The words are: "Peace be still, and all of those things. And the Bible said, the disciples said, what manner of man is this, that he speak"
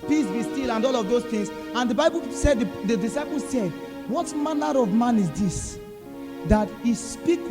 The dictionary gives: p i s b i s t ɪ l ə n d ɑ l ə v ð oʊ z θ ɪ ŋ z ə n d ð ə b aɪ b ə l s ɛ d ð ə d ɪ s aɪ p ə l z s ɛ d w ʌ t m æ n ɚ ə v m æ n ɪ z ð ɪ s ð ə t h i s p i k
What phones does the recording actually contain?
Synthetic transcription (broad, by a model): p i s b i s t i l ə n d ɑ l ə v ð oʊ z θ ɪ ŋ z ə n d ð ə b aɪ b ə l s ɛ d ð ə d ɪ s aɪ p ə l s ɛ d w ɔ t m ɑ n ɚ ə v m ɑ n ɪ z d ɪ s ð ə t h i s p i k